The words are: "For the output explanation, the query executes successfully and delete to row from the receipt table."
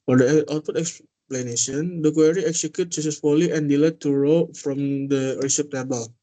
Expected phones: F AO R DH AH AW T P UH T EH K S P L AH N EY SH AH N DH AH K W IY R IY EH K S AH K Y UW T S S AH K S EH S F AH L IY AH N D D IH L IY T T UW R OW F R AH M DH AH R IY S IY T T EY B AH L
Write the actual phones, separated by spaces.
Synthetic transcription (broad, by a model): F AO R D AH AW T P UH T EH K S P L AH N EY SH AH N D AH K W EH R IY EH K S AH K Y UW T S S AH S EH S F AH L IY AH N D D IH L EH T T UW R OW F R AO M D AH R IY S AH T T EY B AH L